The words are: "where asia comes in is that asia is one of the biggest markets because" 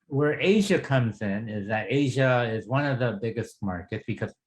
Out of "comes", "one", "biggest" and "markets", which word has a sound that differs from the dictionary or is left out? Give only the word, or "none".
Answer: none